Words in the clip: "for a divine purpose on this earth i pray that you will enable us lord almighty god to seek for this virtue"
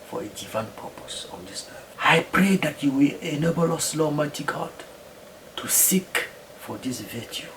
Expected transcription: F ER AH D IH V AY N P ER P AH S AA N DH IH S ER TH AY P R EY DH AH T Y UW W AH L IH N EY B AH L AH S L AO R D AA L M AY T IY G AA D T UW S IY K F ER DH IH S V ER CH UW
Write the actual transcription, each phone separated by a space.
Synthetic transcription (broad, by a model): F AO AH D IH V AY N P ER P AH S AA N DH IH S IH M AY P R EY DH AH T Y UW W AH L IH N EY B AH L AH S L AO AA M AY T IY G AA D T UW S IY K F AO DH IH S V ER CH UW